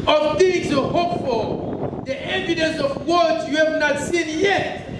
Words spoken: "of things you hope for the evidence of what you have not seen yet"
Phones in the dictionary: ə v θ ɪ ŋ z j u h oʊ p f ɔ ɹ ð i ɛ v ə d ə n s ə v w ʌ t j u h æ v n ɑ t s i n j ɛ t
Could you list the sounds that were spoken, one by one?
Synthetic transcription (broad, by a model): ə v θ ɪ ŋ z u h oʊ p f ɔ l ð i ɛ v ə d ə n s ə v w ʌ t j u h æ v n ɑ t s i n j ɛ t